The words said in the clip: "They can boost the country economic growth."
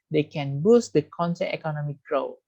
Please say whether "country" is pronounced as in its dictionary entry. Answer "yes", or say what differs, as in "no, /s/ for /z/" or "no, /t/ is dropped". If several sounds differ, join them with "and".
no, /ɹ/ is dropped